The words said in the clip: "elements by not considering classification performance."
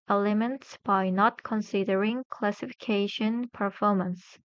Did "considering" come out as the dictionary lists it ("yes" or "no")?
yes